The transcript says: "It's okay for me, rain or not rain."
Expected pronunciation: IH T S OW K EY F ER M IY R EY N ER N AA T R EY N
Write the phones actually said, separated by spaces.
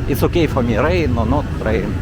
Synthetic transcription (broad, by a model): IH T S OW K EY F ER M IY R EY N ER N AA T R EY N